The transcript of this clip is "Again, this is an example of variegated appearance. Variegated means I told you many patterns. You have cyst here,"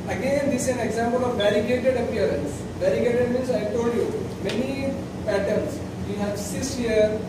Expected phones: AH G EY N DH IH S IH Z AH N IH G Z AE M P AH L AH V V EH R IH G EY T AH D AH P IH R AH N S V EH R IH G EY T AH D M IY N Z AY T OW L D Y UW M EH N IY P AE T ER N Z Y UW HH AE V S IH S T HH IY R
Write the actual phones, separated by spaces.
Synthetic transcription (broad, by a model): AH G EY N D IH S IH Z AH N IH G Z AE M P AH L AH V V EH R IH G EY T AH D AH P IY R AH N S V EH R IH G EY T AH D M IY N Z AY T OW L D Y UW M EH N IY P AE T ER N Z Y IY HH AE V S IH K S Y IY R